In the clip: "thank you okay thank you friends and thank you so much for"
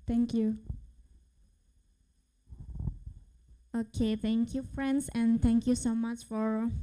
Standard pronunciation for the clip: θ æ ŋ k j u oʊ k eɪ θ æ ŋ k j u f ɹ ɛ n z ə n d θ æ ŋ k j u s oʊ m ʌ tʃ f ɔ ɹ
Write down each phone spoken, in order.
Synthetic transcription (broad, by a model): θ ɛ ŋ k j u oʊ k eɪ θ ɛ ŋ k j u f ɹ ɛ n s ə n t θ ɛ ŋ k j u s oʊ m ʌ tʃ f ɔ ɹ